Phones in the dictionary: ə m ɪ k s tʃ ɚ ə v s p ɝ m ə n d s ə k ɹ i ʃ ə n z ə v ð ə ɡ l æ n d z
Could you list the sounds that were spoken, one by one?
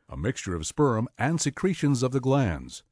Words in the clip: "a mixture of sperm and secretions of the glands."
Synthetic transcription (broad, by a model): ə m ɪ k s tʃ ɚ ə v s p ɝ m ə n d s ə k ɹ i ʃ ə n z ə v ð ə ɡ l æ n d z